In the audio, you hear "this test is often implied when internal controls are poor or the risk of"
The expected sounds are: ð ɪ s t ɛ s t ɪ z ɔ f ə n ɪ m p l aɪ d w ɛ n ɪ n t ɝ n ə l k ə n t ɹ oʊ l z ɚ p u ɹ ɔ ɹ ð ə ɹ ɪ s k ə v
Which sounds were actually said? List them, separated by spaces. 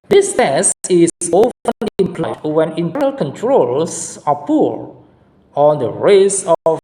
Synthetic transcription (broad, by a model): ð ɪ s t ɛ s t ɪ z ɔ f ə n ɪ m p l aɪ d w ɛ n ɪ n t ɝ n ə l k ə n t ɹ oʊ l s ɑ p u ɹ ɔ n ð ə ɹ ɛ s ə